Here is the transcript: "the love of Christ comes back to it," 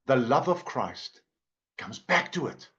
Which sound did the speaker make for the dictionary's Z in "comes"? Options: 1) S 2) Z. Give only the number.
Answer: 2